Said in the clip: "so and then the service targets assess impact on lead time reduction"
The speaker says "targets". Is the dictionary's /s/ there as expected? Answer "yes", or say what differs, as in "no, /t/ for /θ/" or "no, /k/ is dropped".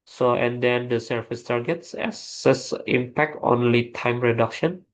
yes